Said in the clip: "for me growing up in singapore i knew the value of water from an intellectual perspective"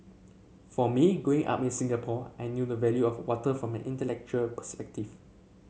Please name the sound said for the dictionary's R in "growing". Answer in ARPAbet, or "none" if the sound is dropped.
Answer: none